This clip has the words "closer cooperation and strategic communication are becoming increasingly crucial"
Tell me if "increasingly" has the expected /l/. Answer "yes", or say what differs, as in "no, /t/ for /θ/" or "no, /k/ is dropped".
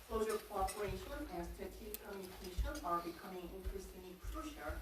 no, /l/ is dropped